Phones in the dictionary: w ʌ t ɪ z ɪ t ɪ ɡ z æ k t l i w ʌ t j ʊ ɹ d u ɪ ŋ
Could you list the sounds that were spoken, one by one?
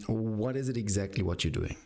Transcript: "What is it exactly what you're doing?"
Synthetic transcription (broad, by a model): w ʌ t ɪ z ɪ t ɪ ɡ z æ k t l i w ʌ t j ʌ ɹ d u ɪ ŋ